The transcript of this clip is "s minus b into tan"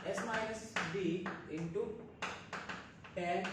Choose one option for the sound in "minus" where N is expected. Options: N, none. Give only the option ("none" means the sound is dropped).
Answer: none